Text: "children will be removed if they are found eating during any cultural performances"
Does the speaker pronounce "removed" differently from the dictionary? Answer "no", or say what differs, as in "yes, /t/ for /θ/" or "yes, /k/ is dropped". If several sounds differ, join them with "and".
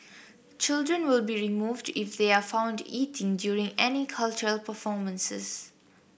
no